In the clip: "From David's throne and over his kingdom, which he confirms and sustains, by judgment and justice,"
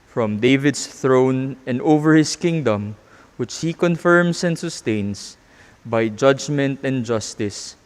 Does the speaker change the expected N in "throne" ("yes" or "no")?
no